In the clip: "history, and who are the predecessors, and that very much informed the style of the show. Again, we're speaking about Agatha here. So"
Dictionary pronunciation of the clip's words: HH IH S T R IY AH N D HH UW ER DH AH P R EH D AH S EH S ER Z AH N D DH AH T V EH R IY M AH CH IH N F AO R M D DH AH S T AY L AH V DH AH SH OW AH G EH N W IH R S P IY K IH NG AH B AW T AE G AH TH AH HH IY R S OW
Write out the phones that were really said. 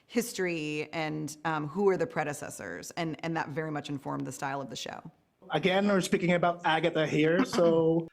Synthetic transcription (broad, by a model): HH IH S T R IY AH N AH HH UW ER DH AH P R EH D AH S EH S ER Z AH N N DH AH T V EH R IY M AH CH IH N F AO R M DH AH S T AY L AH V DH AH SH OW AH G EH N W IH R S P IY K IH NG AH B AW T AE G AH T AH HH IY R S OW